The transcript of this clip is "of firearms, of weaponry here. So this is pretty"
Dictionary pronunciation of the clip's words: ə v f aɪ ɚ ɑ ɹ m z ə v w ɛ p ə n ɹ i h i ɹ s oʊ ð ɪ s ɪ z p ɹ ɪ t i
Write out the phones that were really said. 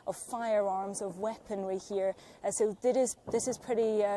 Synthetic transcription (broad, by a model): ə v f aɪ ɚ ɑ ɹ m z ə v w ɛ p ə n w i h i ɹ s oʊ ð ɪ s ɪ z p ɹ ɪ t i